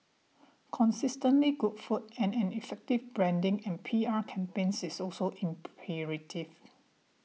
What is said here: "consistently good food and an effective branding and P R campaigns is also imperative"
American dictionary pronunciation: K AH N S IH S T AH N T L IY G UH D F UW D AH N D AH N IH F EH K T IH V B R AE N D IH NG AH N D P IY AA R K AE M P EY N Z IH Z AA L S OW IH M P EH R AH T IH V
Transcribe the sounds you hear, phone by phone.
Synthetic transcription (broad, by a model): K AH N S IH S T AH N T L IY G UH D F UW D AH N AH N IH F EH K T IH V B R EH N D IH NG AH N P IY AA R K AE M P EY N S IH S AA L S OW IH M P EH R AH T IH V